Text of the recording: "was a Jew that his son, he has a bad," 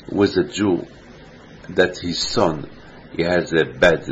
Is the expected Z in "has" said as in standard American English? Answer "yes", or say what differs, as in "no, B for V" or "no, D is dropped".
yes